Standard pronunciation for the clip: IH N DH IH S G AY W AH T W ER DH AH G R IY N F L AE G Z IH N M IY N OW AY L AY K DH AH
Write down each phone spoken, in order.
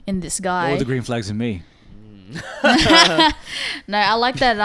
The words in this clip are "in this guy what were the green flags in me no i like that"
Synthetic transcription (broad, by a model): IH N DH IH S G AY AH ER DH AH G R IY N F L AE G Z IH N M IY N OW AY L AY K DH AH